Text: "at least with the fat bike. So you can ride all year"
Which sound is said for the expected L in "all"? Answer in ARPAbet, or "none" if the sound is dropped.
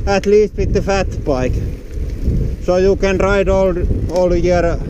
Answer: L